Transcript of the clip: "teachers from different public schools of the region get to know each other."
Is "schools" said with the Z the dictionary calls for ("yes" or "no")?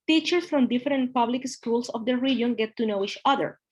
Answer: no